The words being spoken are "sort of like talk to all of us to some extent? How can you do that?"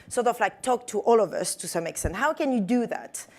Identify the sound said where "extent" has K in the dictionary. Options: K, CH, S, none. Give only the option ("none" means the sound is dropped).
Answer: K